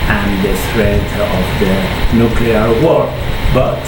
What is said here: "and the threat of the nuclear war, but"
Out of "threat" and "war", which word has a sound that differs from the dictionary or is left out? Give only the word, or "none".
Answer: threat